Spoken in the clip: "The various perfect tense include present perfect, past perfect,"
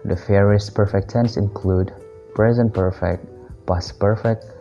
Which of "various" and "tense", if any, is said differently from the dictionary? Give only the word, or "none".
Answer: various